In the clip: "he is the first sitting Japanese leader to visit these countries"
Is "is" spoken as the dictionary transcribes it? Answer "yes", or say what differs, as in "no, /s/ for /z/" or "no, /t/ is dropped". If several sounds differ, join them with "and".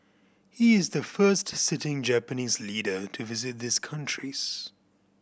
yes